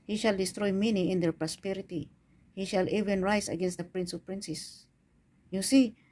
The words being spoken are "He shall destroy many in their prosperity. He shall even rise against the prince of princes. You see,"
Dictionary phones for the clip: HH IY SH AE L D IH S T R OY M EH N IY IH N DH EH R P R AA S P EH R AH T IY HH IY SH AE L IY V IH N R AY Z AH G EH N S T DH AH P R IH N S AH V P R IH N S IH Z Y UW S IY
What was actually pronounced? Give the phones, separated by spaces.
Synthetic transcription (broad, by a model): HH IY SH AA L D IH S T R OY M EH N IY IH N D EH R P R AA S P EH R AH T IY HH IY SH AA L IY V IH N R AY S AH G EH N S T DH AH P R IH N S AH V P R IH N S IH S Y UW S IY